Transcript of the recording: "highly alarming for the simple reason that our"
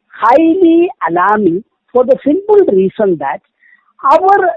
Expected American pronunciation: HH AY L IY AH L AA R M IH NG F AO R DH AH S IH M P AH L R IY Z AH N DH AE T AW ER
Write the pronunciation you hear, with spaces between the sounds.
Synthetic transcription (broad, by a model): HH AY L IY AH L AA M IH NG F AO R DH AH S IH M B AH L R IY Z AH N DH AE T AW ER